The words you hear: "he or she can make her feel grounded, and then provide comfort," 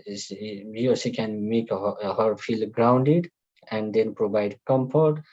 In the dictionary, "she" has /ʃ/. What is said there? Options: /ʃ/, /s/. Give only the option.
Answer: /s/